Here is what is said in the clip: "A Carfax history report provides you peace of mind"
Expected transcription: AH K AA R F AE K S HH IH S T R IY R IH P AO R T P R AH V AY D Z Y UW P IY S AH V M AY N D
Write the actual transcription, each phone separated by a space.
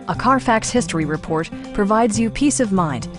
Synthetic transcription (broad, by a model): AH K AA R F AE K S HH IH S T R IY R IH P AO R T P R AH V AY D Z Y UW P IY S AH V M AY N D